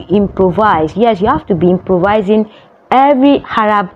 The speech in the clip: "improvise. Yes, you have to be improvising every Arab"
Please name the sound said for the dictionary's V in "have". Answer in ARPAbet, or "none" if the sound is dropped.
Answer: F